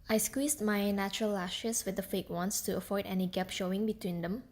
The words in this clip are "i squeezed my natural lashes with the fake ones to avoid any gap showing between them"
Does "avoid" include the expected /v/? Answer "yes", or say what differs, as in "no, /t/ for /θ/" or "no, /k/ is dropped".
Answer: no, /f/ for /v/